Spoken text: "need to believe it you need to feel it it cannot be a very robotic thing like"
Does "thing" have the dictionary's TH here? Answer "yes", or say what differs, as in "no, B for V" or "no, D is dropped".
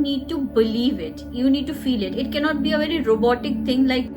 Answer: no, T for TH